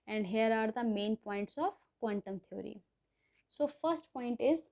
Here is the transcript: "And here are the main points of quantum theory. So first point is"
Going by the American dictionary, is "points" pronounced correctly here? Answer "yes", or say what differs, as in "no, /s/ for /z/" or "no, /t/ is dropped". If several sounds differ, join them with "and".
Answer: yes